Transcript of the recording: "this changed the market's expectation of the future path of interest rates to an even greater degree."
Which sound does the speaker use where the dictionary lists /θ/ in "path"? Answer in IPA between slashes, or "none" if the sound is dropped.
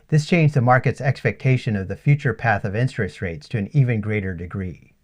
/θ/